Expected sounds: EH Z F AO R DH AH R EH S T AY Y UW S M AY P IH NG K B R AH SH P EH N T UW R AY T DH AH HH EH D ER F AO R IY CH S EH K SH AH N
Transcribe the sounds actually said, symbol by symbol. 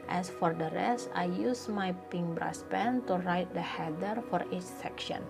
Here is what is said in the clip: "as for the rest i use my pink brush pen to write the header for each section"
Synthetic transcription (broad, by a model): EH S F AO R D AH R EH S T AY Y UW S M AY P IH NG B R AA S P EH N T UW R AY T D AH HH EH D ER F AO R IY CH S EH K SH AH N